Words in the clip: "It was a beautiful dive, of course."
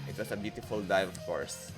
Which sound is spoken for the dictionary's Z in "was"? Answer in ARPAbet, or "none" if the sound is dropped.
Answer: S